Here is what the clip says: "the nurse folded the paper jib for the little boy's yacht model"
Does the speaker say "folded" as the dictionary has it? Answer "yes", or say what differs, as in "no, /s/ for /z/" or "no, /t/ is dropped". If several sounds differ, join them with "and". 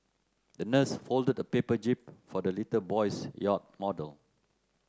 yes